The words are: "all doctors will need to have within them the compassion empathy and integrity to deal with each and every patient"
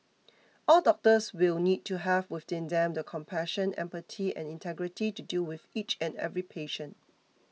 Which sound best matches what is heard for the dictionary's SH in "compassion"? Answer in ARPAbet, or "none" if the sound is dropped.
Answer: SH